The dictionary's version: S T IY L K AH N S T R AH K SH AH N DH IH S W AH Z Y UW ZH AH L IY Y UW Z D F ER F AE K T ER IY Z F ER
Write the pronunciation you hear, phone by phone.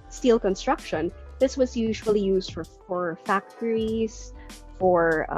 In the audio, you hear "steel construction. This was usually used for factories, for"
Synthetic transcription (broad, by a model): S T IY L K AH N S T R AH K SH AH N DH IH S W AH Z Y UW ZH AH L IY Y UW Z D F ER F AE K T ER IY Z F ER